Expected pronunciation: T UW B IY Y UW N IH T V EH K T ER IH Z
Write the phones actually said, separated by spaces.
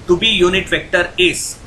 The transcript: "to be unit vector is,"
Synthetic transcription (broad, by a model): T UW B IY Y UW N IH T V EH K T ER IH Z